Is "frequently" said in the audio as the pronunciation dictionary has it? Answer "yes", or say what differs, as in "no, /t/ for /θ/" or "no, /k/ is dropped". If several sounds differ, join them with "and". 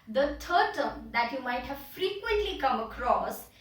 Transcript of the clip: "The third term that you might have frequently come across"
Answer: yes